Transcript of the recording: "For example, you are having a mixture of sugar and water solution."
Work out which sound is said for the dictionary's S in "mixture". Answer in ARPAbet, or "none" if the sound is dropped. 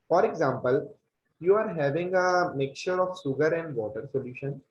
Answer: none